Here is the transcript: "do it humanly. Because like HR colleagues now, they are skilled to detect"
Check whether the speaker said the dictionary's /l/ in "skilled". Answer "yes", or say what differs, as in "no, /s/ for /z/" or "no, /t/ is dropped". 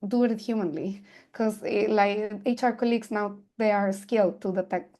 yes